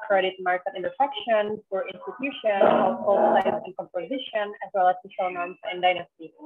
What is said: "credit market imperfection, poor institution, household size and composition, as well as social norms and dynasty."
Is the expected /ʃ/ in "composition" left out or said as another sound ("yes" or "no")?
no